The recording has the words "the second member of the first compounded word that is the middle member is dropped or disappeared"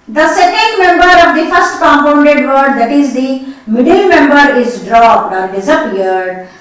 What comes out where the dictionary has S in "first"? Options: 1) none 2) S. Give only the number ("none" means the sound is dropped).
2